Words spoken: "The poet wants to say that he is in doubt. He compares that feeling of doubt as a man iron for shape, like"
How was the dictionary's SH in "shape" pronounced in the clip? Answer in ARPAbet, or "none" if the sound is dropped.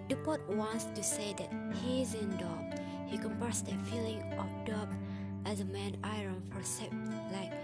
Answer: S